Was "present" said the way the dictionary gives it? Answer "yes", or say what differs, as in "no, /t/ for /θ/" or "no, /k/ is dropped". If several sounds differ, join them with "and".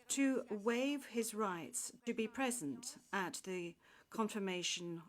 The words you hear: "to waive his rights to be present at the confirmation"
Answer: yes